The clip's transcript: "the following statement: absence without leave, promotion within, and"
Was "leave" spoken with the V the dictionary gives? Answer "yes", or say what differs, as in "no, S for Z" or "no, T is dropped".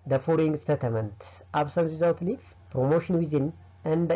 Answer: no, F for V